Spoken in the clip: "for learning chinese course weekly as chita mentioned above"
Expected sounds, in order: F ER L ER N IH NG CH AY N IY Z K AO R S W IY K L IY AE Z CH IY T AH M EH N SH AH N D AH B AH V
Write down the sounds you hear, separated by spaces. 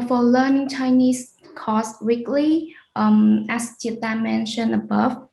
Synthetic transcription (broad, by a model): F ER L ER N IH NG CH AY N IY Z K AO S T W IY K L IY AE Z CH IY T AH M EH N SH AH N AH B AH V